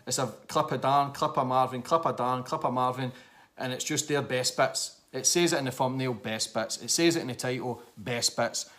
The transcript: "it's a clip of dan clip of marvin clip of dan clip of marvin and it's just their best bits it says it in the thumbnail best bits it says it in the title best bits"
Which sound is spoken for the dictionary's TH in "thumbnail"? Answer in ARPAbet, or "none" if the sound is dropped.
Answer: F